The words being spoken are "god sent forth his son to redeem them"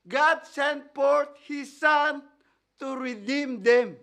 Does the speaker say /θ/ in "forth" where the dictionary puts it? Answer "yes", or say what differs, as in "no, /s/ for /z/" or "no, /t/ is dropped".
no, /t/ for /θ/